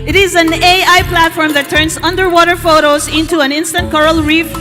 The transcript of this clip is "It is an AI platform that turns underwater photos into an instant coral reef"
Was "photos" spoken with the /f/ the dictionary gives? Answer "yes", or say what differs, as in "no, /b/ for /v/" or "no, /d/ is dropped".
yes